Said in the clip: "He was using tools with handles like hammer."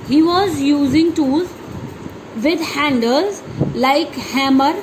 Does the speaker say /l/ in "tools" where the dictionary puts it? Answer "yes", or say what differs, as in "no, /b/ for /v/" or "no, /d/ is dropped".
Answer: no, /l/ is dropped